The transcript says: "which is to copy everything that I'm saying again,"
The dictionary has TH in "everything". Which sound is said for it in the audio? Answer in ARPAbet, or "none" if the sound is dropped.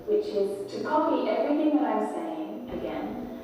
TH